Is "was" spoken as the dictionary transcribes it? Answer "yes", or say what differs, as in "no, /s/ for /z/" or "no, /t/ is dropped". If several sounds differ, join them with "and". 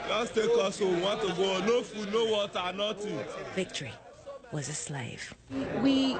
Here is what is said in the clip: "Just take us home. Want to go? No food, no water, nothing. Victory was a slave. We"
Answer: yes